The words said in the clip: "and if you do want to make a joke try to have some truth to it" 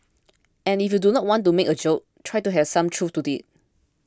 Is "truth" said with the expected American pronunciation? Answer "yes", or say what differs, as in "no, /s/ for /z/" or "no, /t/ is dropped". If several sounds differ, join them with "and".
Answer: no, /f/ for /θ/